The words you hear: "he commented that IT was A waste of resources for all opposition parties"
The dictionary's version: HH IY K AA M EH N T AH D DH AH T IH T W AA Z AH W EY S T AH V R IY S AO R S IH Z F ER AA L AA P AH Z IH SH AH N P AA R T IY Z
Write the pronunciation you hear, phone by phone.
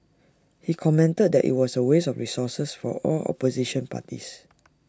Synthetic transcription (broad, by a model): HH IY K AA M EH N T AH D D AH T IH T W AA S AH W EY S AH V R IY S AO S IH S F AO AA L AA P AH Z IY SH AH N P AA T IY S